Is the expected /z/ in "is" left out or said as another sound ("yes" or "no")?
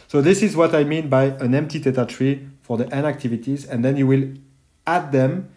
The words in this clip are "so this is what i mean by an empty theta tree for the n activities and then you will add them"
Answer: no